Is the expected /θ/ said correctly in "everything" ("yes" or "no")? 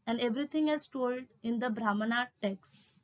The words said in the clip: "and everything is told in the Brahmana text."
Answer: no